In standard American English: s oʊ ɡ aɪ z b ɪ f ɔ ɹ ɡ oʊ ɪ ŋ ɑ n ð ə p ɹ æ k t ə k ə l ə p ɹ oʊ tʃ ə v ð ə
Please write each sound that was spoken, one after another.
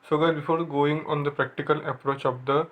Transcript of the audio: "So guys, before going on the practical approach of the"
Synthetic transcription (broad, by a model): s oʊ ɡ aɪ b ɪ f ɔ ɹ ɡ oʊ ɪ ŋ ɑ n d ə p ɹ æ k t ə k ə l ə p ɹ oʊ tʃ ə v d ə